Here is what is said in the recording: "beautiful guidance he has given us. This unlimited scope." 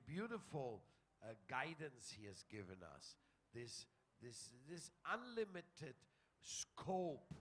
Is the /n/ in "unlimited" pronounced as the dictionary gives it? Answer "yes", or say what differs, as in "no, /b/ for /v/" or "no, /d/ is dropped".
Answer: yes